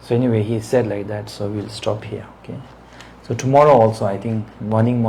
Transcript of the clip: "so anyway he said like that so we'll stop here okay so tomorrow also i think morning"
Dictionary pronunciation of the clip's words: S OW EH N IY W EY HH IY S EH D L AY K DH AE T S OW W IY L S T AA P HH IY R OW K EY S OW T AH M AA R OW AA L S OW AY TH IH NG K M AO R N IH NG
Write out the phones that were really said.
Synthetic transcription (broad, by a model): S OW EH N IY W EY HH IY S EH D L AY K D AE T S OW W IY L S T AA P HH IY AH OW K EY S OW T AH M AA R OW AA L S OW AY T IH NG K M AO N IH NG